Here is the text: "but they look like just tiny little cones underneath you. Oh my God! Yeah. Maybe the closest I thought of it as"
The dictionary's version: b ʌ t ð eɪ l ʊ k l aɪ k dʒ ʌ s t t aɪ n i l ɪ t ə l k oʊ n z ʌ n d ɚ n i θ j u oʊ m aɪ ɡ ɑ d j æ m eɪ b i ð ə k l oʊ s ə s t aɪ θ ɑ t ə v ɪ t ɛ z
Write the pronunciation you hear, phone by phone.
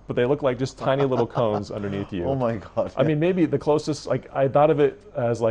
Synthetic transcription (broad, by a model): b ʌ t ð eɪ l ʊ k l aɪ k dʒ ʌ s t t aɪ n i l ɪ t l k oʊ n z ʌ n d ɚ n i θ j u oʊ m aɪ ɡ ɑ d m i m eɪ b i ð ə k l oʊ s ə s t aɪ θ ɑ t ə v ɪ t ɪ z